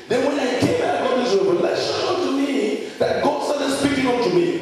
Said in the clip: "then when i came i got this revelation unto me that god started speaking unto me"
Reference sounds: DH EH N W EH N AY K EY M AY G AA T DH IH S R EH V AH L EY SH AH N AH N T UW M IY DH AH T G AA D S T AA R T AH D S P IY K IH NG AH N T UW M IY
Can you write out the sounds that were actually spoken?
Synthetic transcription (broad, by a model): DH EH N W EH N AY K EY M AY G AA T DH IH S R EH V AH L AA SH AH AH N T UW M IY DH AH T G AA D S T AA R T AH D S P IY K IH NG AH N T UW M IY